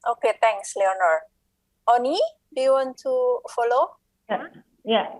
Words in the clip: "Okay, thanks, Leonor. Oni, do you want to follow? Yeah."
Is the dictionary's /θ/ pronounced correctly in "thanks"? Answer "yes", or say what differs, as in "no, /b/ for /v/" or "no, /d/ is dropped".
no, /t/ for /θ/